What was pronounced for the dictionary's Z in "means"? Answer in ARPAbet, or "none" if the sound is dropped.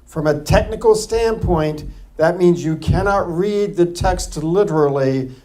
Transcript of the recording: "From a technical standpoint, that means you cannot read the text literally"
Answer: Z